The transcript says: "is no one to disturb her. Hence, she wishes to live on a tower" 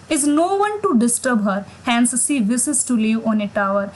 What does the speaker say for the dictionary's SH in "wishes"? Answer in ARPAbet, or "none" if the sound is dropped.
S